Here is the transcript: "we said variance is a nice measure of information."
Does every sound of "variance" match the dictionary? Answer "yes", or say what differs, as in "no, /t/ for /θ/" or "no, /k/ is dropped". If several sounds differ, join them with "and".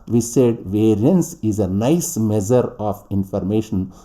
yes